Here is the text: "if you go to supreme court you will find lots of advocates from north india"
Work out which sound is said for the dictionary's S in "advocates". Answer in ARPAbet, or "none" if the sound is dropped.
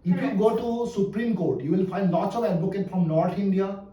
none